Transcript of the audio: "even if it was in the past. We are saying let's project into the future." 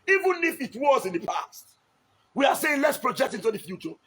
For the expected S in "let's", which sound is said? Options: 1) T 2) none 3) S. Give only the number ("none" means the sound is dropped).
3